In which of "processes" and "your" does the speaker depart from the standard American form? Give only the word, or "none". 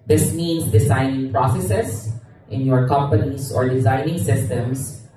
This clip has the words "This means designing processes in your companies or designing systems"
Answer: processes